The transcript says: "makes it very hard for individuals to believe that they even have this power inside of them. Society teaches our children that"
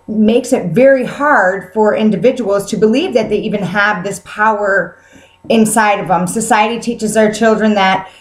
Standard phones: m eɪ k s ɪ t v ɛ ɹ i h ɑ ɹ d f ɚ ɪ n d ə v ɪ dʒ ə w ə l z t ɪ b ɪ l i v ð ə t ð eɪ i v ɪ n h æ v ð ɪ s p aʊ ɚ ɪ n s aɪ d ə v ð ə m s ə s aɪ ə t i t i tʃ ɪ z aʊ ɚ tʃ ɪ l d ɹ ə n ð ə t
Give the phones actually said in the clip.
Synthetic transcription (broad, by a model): m eɪ k s ɪ t v ɛ ɹ i h ɑ ɹ d f ɚ ɪ n d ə v ɪ dʒ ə w l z t ɪ b ɪ l i v ð ə t ð eɪ i v ɪ n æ v ð ɪ s p aʊ ɚ ɪ n s aɪ d ə v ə m s ə s aɪ ə t i t i tʃ ɪ z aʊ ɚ tʃ ɪ l d ɹ ə n ð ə t